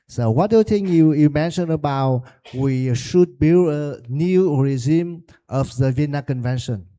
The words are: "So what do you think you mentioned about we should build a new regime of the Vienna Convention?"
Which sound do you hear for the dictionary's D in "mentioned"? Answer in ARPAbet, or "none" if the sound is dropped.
none